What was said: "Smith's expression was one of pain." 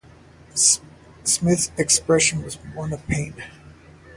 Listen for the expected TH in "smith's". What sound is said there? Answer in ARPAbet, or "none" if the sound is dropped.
TH